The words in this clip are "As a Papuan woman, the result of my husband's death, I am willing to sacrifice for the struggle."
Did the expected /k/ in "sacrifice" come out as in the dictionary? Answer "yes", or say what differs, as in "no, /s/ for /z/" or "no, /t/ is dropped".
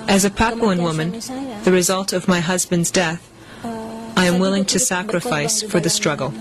yes